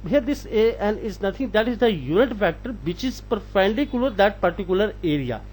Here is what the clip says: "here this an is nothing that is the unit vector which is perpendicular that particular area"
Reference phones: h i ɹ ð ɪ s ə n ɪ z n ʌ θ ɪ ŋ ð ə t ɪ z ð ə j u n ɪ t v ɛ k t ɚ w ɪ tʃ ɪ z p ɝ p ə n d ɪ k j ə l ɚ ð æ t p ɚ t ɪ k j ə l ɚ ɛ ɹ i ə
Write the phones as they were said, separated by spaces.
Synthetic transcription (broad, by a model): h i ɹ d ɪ s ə n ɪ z n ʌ t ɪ ŋ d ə t ɪ z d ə j u n ɪ t f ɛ k t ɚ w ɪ tʃ ɪ z p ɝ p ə n d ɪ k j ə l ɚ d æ t p ɚ t ɪ k j ə l ɚ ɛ ɹ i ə